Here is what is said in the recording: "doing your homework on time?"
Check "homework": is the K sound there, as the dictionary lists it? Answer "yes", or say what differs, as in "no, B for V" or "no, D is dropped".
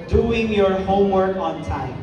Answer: yes